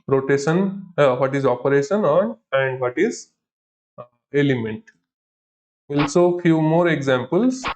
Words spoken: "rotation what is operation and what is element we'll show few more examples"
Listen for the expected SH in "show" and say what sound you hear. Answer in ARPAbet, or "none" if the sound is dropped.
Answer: S